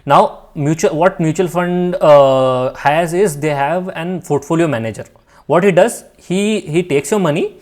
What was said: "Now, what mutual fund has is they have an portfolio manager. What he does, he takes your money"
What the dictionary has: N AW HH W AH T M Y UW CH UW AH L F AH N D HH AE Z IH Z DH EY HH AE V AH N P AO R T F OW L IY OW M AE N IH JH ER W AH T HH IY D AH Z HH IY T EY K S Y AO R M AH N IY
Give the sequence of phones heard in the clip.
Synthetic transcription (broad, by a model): N AW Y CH AH T M Y UW CH UW AH L F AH N D HH AE Z IH Z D EY HH AE V AH N F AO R T F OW L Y OW M AE N IH JH ER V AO T HH IY D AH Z HH IY T EY K S Y AO R M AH N IY